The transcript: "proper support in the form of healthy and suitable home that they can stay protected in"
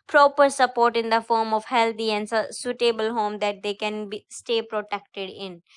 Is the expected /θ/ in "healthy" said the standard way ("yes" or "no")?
no